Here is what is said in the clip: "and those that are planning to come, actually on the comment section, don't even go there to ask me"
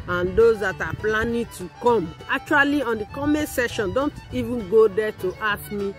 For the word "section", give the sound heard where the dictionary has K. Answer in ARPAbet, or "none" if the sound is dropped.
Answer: none